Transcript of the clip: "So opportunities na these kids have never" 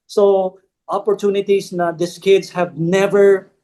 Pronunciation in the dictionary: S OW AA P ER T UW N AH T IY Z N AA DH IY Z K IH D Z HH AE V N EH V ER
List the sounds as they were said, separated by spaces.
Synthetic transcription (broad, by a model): S OW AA P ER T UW N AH T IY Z N AA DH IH S K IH D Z HH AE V N EH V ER